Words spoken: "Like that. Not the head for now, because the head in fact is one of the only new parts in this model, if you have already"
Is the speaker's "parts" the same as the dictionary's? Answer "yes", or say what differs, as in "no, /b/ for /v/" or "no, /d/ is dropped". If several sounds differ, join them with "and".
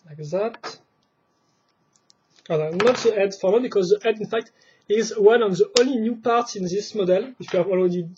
yes